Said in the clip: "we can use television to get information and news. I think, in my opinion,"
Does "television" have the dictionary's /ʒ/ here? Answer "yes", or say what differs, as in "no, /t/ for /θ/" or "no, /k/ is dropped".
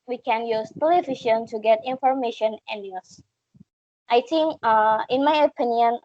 no, /ʃ/ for /ʒ/